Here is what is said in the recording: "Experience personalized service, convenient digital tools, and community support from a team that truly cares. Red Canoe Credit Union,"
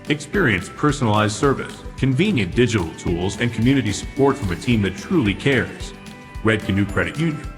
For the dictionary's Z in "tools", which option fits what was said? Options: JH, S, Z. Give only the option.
Z